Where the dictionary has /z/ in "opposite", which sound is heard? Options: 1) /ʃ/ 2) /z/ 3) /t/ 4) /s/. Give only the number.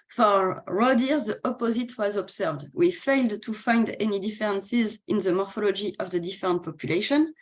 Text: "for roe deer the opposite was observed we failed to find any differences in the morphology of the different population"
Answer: 2